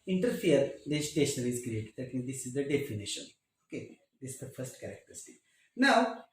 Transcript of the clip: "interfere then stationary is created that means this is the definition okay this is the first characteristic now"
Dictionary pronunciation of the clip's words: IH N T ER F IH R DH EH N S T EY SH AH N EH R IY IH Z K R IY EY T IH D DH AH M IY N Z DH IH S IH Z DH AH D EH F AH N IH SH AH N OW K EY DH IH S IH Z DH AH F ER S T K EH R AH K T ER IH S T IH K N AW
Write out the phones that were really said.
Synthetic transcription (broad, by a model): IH N T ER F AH R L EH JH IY T EY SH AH N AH L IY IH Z K R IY EY T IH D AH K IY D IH S IH Z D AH D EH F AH N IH SH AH N OW K EY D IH S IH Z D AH F ER S T K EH R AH K T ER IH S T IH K N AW